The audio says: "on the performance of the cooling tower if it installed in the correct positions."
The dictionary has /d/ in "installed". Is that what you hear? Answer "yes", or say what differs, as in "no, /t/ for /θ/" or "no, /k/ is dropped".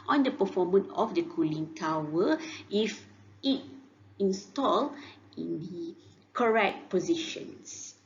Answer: no, /d/ is dropped